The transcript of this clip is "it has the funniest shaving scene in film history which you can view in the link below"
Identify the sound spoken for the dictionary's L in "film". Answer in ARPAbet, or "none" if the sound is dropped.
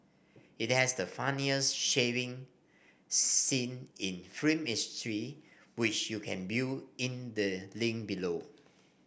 none